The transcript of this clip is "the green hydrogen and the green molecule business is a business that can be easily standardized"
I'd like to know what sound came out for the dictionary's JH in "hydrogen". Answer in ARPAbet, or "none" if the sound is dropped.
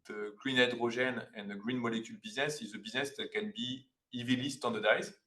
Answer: ZH